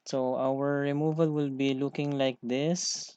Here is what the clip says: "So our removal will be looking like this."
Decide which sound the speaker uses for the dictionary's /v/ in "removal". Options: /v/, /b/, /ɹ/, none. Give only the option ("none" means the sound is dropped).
/v/